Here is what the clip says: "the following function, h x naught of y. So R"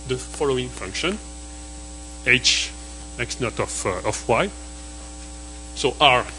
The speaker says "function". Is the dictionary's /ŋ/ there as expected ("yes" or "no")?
yes